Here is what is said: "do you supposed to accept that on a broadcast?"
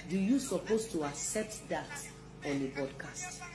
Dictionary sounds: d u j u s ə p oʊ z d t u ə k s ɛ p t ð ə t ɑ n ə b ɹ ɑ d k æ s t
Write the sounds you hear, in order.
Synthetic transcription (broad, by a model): d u j u s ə p oʊ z t u ə k s ɛ p t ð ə t ɑ n ə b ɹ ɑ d k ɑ s t